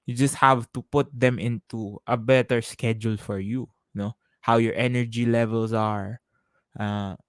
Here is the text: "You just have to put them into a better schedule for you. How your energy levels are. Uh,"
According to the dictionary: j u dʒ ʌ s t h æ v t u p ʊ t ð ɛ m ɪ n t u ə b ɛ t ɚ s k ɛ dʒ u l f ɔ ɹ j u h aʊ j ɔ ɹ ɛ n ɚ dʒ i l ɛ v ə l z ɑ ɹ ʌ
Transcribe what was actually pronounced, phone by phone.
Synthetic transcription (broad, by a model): j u dʒ ʌ s t h æ v t u p ʊ t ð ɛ m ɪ n t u ə b ɛ t ɚ s k ɛ dʒ u l f ɔ ɹ j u h aʊ j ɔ ɹ ɛ n ɚ dʒ i l ɛ v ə l s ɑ ɹ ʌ